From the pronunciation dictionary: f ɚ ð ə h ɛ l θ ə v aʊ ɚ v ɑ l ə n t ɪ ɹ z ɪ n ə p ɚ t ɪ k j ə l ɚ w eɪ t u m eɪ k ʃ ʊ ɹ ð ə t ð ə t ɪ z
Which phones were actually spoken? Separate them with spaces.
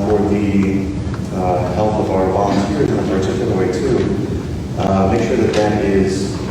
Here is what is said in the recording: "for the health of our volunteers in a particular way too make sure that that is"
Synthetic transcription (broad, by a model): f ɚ ð ə h ɛ l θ ə v aʊ ɚ b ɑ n s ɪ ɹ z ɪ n ə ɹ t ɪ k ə n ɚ w eɪ t u m eɪ k ʃ ʊ ɹ ð ə t ð ə t ɪ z